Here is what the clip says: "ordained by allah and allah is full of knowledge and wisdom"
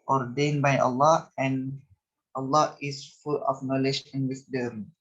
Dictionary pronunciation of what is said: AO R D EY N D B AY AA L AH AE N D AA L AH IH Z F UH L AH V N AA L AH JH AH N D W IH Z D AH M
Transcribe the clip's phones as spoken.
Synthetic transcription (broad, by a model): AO R D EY N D B AY AA L AH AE N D AA L AH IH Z F UH L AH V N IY L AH SH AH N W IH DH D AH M